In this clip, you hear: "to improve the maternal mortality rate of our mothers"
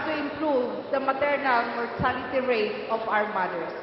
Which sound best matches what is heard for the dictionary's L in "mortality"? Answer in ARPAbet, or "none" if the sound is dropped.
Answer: N